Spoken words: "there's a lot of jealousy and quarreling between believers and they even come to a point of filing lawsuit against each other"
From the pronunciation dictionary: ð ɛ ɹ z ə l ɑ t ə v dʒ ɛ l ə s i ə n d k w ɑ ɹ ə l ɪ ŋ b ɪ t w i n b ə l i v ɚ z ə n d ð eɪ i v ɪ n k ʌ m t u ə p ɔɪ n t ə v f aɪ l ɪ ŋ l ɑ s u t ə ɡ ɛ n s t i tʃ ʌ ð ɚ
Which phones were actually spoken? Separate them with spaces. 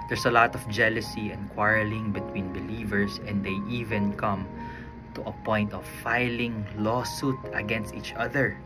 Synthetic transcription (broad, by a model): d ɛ ɹ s ə l ɑ t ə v dʒ ɛ l ə s i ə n k w ɑ ɹ ə l ɪ ŋ b ɪ t w i n b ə l i v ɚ s ə n d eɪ i v ɪ n k ʌ m t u ə p ɔɪ n t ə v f aɪ l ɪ ŋ l ɑ s u t ə ɡ ɛ n s t i tʃ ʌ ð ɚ